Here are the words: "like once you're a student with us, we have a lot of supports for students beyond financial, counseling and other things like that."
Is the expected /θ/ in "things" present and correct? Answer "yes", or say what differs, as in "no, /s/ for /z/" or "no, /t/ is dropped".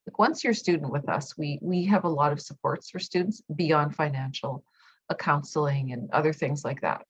yes